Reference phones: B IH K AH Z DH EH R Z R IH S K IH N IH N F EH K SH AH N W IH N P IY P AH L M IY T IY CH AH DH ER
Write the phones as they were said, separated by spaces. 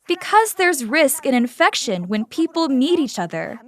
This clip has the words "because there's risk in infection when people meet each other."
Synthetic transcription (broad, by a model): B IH K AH Z DH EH R Z R IH S K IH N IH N F EH K SH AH N W IH N P IY P L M IY T IY CH AH DH ER